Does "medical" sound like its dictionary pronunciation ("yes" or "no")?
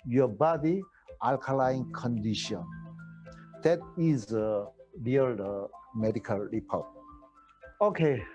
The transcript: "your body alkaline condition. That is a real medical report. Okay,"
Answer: yes